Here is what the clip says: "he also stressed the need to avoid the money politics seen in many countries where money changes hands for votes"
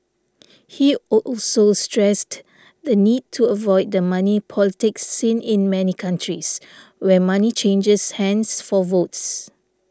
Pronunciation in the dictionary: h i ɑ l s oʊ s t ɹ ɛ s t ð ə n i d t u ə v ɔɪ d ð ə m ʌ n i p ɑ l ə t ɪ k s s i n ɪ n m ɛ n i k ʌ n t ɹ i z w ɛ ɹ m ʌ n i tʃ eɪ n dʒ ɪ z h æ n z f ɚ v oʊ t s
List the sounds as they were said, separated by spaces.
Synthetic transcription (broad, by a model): h i ɑ l s oʊ s t ɹ ɛ s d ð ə n i d t u ə v ɔɪ d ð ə m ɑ n i p ɑ l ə t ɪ k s s i n ɪ n m ɛ n i k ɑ n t ɹ i s w ɛ m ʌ n i tʃ eɪ n dʒ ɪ s h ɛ n s f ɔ v oʊ t s